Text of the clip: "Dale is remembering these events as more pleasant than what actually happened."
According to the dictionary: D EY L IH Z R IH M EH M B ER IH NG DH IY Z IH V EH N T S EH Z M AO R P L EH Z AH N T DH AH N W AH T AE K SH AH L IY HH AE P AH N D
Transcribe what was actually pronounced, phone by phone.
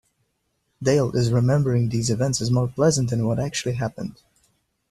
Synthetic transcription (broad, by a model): D EY L IH Z R IH M EH M B ER IH NG DH IY Z IH V EH N T S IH Z M AO R P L EH Z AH N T DH AH N W AH T AE K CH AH L IY HH AE P AH N D